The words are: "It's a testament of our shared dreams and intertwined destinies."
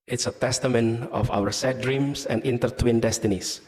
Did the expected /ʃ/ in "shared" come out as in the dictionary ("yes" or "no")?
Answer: no